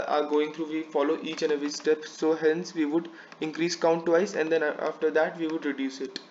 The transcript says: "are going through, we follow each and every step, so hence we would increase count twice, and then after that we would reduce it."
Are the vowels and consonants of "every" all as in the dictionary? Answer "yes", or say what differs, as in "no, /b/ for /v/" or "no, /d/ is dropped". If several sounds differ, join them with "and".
no, /ɹ/ is dropped